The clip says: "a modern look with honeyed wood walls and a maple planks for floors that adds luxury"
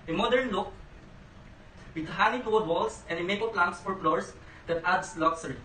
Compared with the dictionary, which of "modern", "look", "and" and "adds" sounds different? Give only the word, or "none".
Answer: adds